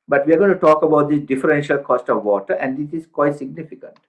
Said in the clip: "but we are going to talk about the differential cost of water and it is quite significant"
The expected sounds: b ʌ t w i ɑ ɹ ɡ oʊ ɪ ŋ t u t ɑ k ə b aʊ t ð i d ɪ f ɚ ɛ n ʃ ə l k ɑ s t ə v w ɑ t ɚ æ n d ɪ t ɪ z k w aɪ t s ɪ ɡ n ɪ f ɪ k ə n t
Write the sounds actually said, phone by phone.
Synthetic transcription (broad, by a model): b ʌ t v i ɑ ɹ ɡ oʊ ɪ t u t ɑ k ə b aʊ t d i d ɪ f ɚ ɛ n ʃ ə l k ɑ s t ə v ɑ t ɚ æ n d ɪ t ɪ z k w aɪ t s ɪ ɡ n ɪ f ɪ k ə n t